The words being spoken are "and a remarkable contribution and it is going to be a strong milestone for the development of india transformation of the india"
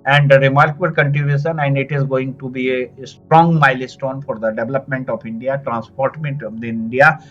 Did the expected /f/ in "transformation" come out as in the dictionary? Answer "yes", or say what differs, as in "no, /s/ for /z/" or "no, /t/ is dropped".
no, /p/ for /f/